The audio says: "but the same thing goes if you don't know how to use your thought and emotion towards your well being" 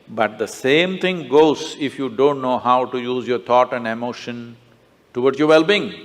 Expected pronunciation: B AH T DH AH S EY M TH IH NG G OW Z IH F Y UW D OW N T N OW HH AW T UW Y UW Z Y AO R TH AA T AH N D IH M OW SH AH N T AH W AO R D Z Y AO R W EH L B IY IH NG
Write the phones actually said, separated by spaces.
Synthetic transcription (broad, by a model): B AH T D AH S EY M T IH NG G OW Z IH F Y UW D OW N T N OW HH AW T UW Y UW Z Y AO R T AA T AH N D IH M OW SH AH N T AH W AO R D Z Y AO R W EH L B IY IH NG